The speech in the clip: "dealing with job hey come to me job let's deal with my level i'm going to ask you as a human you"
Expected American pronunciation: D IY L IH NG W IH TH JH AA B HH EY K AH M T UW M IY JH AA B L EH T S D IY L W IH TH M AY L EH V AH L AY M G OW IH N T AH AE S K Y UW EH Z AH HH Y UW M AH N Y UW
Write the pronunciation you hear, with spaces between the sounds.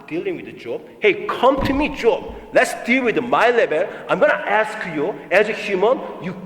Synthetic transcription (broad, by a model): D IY L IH NG W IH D JH AA B HH EY K AH M T UW M IY JH AA B L EH T S D IY L W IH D M AY L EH B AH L AY M G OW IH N T AE S K Y UW EH Z AH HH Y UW M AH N Y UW